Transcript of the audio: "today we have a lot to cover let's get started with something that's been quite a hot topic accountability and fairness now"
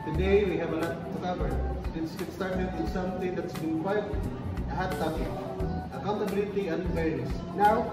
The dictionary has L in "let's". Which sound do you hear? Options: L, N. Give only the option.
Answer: N